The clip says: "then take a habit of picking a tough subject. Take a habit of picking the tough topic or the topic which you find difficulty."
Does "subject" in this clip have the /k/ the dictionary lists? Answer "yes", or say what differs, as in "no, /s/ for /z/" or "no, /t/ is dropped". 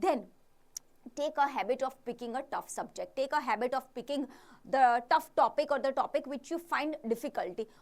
yes